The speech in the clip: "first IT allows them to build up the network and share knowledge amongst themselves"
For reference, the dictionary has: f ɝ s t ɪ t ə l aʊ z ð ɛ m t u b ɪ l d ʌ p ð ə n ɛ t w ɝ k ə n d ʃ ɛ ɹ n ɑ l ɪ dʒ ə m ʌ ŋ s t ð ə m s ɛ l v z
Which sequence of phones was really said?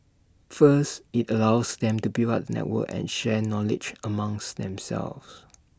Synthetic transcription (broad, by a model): f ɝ s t ɪ t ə l aʊ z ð ɛ m t u b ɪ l ɑ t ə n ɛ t w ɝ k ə n ʃ ɛ n ɑ l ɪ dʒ ə m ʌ ŋ s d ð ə m s ɛ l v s